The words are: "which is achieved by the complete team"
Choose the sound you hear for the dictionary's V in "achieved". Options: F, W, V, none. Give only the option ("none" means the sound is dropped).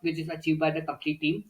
V